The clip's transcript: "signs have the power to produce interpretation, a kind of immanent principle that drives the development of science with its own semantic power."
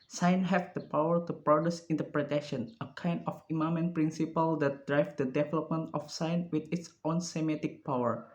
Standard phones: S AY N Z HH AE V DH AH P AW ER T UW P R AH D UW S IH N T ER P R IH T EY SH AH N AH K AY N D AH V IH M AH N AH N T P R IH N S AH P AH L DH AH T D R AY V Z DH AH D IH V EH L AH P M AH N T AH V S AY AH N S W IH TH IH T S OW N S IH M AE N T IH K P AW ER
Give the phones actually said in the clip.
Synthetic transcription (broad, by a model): S AY N HH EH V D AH P AW ER T UW P R AH D UW S IH N T ER P R IH T EY SH AH N AH K AY N D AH F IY M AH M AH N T P R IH N S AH P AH L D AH T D R AY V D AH D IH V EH L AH P M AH N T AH F S AY N W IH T IH T S OW N S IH M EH T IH K P AW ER